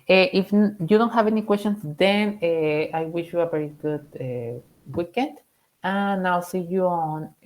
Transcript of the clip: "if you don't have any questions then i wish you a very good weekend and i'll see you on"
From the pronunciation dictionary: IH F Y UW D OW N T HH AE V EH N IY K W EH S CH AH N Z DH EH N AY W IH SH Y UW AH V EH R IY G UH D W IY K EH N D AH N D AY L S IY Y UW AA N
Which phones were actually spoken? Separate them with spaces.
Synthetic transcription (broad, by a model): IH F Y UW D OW N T HH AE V EH N IY K W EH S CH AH N S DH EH N AY W IH SH Y UW AH V EH R IY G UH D W IY K EH N D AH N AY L S IY Y UW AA N